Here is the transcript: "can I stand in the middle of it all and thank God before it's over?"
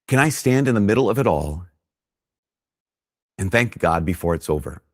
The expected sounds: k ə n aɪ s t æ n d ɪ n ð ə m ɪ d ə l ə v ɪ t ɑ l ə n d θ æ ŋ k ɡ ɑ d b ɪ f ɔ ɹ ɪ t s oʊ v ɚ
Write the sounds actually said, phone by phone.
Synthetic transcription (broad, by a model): k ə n aɪ s t æ n d ɪ n ð ə m ɪ d l ə v ɪ t ɑ l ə n θ æ ŋ k ɡ ɑ d b ɪ f ɔ ɹ ɪ t s oʊ v ɚ